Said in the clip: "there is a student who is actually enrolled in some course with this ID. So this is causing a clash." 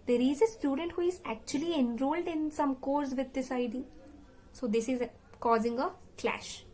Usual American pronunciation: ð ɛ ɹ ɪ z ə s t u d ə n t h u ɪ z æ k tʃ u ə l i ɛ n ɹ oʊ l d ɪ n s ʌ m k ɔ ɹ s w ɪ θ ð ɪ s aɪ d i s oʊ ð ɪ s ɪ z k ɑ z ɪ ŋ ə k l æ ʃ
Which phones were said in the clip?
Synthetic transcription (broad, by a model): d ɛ ɹ ɪ z ə s t u d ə n t h u ɪ z æ k tʃ u ə l i ɛ n ɹ oʊ l d ɪ n s ʌ m k ɔ ɹ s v ɪ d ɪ s aɪ d i s oʊ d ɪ s ɪ z k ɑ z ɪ ŋ ə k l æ ʃ